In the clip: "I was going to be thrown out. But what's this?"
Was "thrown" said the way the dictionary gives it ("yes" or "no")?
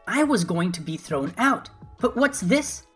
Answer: yes